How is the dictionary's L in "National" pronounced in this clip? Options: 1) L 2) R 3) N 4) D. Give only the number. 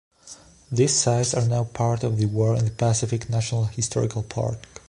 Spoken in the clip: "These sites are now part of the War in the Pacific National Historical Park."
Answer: 1